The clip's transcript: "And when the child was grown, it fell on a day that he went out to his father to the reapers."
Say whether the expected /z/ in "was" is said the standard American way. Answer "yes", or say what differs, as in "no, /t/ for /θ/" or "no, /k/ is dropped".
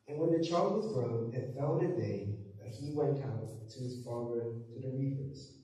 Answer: yes